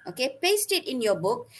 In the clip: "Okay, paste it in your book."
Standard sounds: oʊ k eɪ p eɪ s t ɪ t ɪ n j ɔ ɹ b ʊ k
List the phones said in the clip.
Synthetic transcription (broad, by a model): oʊ k eɪ p eɪ s t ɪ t ɪ n j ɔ b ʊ k